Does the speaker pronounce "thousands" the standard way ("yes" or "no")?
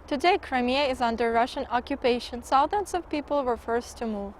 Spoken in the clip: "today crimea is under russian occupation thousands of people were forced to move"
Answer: no